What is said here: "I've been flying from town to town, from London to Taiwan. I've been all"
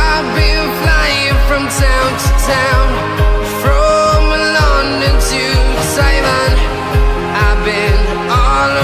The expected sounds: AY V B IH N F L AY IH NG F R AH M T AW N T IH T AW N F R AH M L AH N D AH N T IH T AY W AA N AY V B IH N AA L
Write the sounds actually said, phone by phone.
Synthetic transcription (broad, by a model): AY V B IH N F L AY IH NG F R AH M T AW N T IH T AW N F R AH M L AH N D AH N T IH S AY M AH N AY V B IH N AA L